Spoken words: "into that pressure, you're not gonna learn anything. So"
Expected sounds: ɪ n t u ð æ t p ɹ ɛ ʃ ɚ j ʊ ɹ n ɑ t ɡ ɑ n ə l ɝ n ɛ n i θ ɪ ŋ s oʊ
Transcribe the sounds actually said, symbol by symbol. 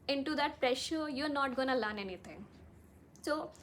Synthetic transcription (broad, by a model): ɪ n t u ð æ t p ɹ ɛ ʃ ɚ j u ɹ n ɑ t ɡ ɑ n ə l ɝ n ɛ n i t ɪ ŋ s oʊ